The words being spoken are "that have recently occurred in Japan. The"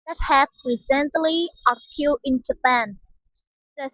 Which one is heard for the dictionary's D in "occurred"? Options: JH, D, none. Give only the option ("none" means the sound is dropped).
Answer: none